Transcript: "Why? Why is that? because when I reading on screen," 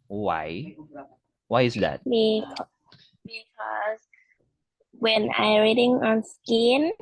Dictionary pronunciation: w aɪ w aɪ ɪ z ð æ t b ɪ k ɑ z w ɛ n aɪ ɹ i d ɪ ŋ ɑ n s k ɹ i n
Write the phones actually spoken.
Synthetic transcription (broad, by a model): w aɪ w aɪ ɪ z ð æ t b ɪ k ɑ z w ɛ n aɪ ɹ i d ɪ ŋ ɑ n s k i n